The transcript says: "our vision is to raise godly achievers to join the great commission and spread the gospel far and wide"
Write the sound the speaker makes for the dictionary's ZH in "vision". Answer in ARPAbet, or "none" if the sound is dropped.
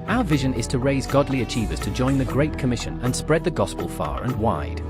ZH